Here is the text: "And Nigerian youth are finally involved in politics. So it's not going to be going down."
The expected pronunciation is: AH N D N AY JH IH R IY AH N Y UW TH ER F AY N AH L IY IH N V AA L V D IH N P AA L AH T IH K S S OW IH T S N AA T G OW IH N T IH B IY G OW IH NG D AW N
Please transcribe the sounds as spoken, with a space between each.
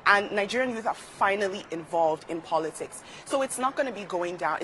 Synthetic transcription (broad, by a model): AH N N AY JH IH R IY AH N Y UW TH ER F AY N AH L IY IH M V AA L V D IH N P AA L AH T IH K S S OW IH T S N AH T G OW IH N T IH B IY G OW IH NG D AW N